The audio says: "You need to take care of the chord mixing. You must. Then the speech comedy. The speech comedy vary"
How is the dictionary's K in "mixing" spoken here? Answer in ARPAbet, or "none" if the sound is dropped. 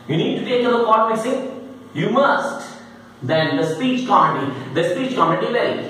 none